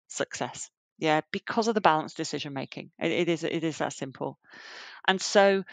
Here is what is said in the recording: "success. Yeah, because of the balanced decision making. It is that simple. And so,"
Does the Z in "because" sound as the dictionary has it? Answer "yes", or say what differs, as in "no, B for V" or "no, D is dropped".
yes